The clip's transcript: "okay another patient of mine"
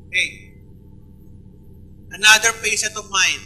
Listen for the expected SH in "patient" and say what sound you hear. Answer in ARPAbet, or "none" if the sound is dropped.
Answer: S